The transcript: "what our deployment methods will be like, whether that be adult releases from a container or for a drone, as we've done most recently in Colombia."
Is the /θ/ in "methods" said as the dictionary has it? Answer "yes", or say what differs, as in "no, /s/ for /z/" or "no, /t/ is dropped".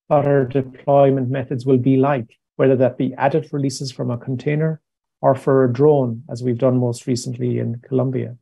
yes